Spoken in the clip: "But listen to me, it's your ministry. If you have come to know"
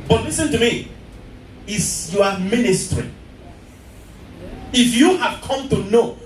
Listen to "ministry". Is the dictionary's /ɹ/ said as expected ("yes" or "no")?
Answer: yes